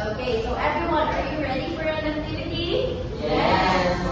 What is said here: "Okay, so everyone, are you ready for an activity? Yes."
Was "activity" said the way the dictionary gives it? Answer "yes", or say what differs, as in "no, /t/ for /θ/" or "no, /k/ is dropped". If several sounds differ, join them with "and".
no, /v/ is dropped